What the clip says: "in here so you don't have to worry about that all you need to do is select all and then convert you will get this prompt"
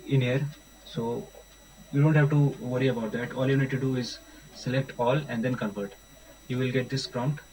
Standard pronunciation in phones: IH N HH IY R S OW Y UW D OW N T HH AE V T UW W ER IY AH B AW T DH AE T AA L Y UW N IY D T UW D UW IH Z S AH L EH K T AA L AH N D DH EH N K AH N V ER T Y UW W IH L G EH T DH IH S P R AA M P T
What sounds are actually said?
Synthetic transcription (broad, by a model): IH N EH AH R S OW Y UW D OW N T HH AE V T UW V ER IY AH B AW T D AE T AA L Y UW N IY D T UW D UW IH Z S AH L EH K T AA L AH N D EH N K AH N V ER T Y UW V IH L G EH T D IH S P R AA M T